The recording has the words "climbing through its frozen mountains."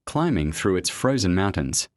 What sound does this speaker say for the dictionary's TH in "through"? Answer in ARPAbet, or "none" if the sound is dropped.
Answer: TH